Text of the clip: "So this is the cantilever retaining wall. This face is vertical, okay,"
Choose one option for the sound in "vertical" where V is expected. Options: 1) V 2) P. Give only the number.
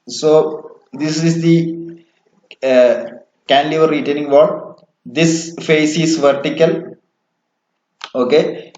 1